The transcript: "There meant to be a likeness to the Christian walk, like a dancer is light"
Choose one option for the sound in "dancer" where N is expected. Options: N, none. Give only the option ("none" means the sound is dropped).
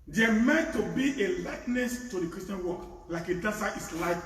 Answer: none